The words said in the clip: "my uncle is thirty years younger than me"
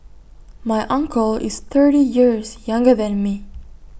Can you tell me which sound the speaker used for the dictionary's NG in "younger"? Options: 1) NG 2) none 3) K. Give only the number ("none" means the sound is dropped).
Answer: 1